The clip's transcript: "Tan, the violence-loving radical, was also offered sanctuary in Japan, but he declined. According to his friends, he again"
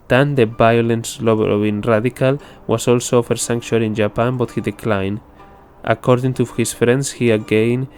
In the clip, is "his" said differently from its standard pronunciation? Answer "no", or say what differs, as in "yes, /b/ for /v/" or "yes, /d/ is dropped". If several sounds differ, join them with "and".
yes, /s/ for /z/